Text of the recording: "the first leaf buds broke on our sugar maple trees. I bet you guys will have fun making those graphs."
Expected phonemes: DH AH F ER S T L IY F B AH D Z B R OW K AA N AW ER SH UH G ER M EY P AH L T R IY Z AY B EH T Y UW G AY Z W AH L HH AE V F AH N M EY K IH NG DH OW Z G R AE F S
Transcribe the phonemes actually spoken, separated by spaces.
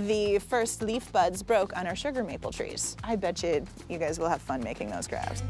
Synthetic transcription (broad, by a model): DH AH F ER S T L IY F B AH D Z B R OW K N AW ER SH UH G ER M EY P L T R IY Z AY B EH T Y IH G AY Z W AH L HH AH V F AH N M EY K IH NG DH OW Z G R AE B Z